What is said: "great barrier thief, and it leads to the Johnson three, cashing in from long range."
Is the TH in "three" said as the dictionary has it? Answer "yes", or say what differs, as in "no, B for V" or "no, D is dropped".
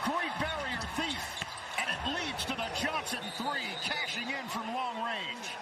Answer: yes